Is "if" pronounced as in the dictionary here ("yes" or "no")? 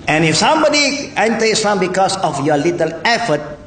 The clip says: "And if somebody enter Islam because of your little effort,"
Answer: yes